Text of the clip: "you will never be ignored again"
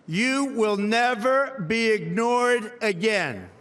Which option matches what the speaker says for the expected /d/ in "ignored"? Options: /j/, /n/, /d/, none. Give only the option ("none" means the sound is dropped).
/d/